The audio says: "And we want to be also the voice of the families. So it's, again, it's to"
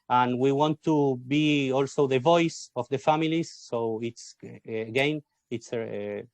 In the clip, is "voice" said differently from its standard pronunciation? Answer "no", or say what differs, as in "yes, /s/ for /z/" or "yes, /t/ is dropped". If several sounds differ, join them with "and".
no